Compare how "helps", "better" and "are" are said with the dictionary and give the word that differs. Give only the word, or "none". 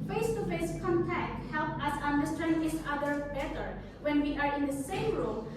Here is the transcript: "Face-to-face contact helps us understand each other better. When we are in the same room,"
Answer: helps